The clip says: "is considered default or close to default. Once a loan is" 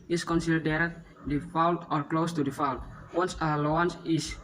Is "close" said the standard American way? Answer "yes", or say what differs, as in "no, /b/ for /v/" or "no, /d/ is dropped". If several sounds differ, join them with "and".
yes